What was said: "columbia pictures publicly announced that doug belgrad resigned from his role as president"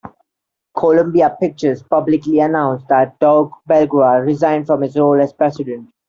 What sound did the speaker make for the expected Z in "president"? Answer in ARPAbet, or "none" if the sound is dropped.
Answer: S